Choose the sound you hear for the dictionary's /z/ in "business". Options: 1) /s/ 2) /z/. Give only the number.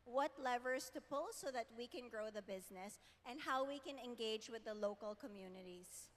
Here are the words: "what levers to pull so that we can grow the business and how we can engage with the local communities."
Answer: 2